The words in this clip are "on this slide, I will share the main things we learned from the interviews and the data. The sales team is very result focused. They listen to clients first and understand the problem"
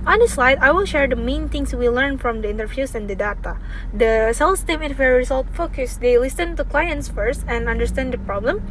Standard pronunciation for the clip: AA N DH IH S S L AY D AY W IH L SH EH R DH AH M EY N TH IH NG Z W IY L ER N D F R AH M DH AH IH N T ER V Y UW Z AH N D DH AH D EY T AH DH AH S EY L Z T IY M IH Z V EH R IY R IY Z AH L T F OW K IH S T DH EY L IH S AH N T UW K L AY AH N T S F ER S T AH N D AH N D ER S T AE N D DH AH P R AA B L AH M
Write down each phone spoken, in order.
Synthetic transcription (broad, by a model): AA N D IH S S L AY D AY W IH L SH EH R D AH M EY N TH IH NG S W IY L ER N F R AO M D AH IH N T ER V Y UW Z AH N D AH D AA T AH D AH S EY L S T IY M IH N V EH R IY R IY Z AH L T F OW K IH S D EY L IH S AH N T UW K L AY AH N T S F ER S T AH N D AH N D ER S T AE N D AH P R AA B L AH M